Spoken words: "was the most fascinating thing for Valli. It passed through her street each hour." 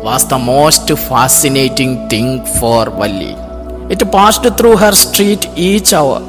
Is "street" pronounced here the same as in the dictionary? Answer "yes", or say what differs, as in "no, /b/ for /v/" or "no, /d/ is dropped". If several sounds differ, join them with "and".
yes